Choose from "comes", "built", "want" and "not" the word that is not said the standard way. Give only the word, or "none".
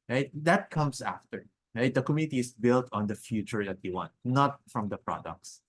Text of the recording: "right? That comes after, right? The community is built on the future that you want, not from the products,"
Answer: comes